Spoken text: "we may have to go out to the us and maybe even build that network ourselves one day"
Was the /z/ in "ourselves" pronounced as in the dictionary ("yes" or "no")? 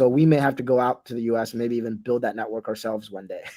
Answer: yes